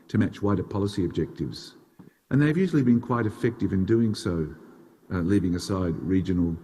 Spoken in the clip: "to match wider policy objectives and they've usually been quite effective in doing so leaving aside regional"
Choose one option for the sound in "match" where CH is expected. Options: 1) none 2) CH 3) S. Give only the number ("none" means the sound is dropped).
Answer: 2